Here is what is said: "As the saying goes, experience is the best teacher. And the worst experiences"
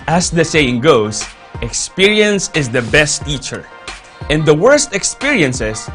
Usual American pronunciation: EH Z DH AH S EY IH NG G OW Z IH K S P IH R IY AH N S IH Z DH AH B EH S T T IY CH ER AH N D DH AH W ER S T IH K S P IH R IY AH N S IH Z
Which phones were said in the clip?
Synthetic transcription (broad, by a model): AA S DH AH S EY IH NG G OW S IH K S P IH R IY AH N S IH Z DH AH B EH S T T IY CH ER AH N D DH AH W ER S T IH K S P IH R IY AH N S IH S